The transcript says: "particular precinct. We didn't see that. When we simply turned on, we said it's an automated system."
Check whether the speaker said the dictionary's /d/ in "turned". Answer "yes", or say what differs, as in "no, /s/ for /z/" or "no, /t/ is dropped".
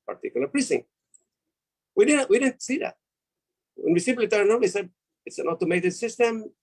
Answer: no, /d/ is dropped